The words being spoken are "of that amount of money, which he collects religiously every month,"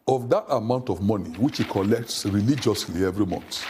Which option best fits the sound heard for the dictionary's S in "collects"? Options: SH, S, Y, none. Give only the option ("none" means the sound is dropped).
S